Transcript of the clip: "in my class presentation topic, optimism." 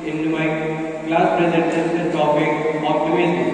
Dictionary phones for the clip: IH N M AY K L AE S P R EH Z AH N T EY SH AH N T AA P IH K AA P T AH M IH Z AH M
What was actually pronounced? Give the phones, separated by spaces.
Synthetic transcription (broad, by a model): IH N M AY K L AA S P R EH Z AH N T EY S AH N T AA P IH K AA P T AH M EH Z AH